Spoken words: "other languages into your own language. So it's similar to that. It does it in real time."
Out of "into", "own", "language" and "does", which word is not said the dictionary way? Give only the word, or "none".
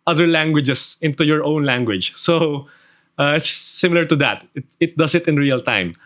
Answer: does